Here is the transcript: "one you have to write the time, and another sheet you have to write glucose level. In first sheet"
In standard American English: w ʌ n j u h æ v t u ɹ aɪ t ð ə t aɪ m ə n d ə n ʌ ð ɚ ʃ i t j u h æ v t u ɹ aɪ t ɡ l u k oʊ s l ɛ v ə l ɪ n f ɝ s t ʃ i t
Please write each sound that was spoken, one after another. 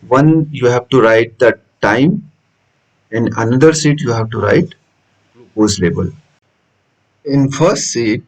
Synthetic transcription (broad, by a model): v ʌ n j u h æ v t u ɹ aɪ t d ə t aɪ m ə n d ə n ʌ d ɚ s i t j u h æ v t u ɹ aɪ t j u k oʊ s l ɛ b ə l ɪ n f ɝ s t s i t